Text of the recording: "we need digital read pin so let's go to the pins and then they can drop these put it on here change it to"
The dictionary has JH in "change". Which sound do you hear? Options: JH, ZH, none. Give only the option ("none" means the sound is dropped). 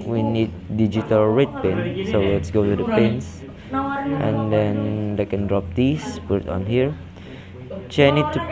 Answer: none